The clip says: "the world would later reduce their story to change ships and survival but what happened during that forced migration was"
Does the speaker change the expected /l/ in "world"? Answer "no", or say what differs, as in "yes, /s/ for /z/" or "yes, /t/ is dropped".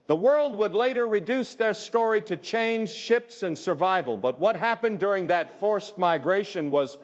no